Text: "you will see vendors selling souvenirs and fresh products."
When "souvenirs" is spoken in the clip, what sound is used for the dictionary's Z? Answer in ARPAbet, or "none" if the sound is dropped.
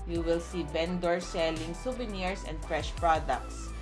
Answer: S